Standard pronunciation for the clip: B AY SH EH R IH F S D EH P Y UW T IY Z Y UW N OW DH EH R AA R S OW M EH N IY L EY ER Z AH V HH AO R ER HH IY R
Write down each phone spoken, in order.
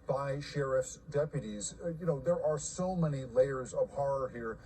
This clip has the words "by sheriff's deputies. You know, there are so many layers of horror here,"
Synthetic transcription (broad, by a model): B AY SH EH R IH F S D EH P Y UW T IY Z Y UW N OW DH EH R AA R S OW M EH N IY L EY ER Z AH V HH AO R ER HH IY R